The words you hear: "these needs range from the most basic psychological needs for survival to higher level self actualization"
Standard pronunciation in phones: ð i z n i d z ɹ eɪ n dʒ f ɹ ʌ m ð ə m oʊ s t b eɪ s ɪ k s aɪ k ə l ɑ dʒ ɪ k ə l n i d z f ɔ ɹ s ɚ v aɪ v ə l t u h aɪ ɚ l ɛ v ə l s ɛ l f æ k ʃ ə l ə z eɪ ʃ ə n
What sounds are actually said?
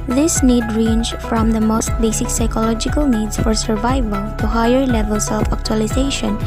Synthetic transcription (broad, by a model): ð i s n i d ɹ eɪ n dʒ f ɹ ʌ m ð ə m oʊ s t b eɪ s ɪ k s aɪ k ə l ɑ dʒ ɪ k ə l n i d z f ɔ ɹ s ɚ v aɪ v ə l t u h aɪ ɚ l ɛ v ə l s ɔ f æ k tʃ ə l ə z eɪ ʃ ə n